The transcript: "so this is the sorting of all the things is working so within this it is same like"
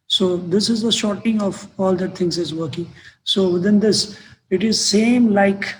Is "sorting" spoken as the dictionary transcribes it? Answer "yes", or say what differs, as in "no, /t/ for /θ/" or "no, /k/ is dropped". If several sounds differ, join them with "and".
no, /ʃ/ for /s/